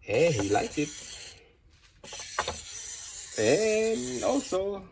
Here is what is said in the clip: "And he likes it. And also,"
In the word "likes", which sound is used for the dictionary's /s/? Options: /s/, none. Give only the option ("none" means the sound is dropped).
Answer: none